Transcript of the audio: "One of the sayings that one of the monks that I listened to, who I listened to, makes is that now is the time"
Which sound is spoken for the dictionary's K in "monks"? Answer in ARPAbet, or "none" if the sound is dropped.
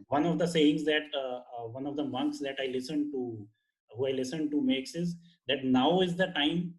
K